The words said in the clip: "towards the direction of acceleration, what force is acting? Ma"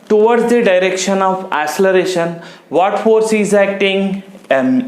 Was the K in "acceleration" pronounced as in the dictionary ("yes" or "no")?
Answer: no